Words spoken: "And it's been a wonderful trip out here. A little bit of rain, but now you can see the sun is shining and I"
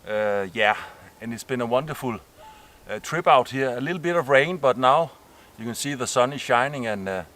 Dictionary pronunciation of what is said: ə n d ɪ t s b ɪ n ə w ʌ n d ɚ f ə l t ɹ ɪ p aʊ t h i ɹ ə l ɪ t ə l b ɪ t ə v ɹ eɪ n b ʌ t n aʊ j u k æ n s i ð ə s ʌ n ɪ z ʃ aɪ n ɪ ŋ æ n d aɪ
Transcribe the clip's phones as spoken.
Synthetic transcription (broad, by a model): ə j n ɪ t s b ɪ n ə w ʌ n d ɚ f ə l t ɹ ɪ b aʊ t h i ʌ ə l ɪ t l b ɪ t ə v ɹ eɪ n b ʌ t n aʊ j u k æ n s i ð ə s ʌ n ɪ ʃ aɪ n ɪ ŋ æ n